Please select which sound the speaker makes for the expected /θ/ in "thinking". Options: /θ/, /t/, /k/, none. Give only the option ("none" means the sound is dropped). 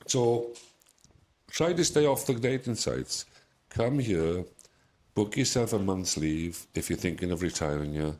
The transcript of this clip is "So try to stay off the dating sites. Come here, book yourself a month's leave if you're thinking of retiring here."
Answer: /θ/